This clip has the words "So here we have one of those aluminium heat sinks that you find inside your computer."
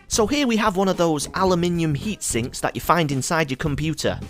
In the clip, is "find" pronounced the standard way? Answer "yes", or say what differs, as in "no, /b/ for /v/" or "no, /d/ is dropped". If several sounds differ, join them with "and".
yes